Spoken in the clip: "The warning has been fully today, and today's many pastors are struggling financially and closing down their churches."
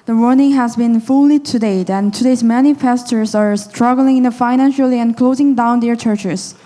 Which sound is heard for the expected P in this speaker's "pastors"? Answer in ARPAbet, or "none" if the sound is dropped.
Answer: F